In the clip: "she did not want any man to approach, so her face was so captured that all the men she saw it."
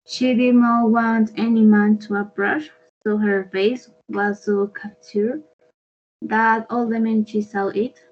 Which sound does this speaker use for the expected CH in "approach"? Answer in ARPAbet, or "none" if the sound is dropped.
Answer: SH